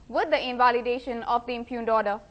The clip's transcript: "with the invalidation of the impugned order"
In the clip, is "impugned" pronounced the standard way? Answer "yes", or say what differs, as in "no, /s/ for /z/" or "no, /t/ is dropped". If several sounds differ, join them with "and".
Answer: yes